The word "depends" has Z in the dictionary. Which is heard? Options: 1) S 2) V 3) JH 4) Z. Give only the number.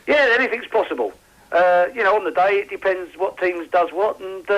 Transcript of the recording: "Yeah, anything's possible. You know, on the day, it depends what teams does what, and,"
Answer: 4